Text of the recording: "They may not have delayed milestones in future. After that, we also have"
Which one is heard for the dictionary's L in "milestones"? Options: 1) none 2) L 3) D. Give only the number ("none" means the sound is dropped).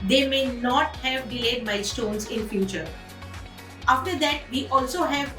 1